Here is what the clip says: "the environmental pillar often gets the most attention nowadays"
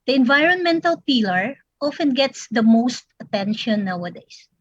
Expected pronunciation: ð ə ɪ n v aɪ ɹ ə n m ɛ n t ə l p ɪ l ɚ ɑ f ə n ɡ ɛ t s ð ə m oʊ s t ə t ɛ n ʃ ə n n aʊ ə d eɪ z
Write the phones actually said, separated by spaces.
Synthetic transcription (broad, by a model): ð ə ɪ n v aɪ ɹ ə n m ɛ n t ə l p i l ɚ ɑ f ə n ɡ ɛ t s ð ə m oʊ s t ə t ɛ n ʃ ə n n aʊ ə d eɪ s